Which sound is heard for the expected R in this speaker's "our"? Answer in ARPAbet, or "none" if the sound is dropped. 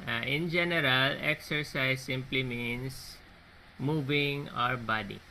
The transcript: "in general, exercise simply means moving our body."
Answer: R